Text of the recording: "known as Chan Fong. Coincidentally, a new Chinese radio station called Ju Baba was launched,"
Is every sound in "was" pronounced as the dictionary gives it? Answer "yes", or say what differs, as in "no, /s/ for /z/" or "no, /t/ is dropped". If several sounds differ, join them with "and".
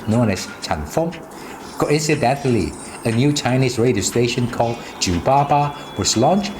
no, /s/ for /z/